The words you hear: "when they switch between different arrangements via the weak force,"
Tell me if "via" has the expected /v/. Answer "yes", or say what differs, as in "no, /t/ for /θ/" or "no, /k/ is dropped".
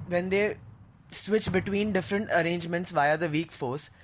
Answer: yes